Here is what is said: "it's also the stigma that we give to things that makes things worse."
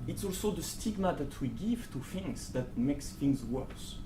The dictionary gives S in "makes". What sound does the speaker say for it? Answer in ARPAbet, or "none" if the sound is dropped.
S